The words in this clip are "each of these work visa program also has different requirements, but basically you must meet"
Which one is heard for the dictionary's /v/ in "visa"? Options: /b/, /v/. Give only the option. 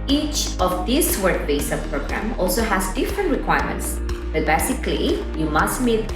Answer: /b/